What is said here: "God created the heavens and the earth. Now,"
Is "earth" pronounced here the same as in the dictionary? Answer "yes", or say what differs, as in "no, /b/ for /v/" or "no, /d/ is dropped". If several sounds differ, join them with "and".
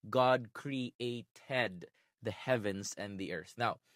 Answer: yes